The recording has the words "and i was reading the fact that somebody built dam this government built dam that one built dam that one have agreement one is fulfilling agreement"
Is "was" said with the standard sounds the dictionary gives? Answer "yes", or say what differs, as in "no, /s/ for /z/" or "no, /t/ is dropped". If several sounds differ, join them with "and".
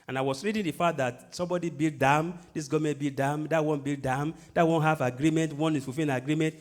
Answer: no, /s/ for /z/